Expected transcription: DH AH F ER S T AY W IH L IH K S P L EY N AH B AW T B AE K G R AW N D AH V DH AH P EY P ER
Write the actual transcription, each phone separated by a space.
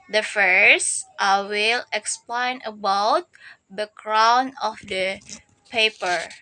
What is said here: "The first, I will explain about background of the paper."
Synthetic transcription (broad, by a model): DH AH F ER S T AY W IH L IH K S P L EY N AH B AW T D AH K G R AW N AH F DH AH P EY P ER